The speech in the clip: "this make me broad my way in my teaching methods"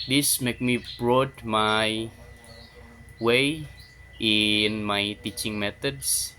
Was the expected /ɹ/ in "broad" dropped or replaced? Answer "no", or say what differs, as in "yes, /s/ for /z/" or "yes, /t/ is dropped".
no